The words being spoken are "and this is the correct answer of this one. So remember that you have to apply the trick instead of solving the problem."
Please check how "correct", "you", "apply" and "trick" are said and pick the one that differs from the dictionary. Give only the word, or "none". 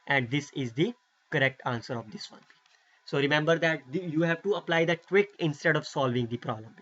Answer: trick